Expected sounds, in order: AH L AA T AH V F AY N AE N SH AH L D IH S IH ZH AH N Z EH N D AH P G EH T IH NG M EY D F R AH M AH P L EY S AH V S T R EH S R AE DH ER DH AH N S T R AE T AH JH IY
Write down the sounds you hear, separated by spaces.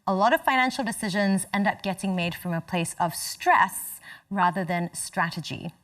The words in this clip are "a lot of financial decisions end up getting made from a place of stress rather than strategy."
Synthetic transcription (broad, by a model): AH L AA T AH V F AY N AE N SH L D IH S IH ZH AH N Z EH N D AH P G EH T IH NG M EY D F R AH M AH P L EY S AH V S T R EH S R AE DH ER DH AH N S T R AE T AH JH IY